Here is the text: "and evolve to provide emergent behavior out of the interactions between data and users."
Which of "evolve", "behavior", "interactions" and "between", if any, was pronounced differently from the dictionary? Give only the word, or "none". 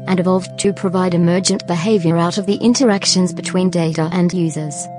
none